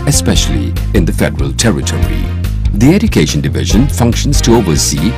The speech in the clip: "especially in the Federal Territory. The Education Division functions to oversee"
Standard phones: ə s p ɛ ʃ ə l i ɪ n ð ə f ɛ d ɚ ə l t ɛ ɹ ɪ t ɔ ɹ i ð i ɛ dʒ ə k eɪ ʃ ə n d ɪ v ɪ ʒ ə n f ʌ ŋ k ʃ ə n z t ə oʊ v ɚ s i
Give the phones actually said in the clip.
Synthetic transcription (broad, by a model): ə s p ɛ ʃ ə l i ɪ n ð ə f ɛ d ɚ ə l t ɛ ɹ ɪ t ɔ ɹ i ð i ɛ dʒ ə k eɪ ʃ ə n d ɪ v ɪ ʒ ə n f ʌ ŋ k ʃ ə n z t ə oʊ v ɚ s i